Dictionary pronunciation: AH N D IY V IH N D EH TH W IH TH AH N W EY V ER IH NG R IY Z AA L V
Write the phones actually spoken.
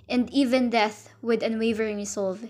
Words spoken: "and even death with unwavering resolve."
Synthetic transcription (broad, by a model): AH N D IY V IH N D EH TH W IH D AH N W EY V ER IH NG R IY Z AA L V